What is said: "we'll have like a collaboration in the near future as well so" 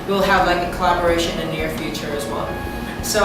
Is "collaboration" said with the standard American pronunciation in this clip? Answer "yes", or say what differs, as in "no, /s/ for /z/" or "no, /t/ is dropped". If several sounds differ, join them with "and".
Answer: no, /ʃ/ is dropped